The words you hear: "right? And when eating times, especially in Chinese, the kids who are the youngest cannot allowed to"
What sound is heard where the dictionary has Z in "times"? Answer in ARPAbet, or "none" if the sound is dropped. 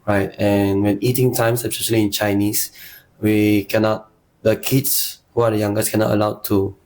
S